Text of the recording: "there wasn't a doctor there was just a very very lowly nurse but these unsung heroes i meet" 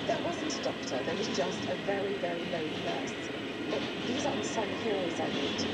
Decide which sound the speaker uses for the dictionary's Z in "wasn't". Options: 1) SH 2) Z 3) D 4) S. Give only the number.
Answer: 2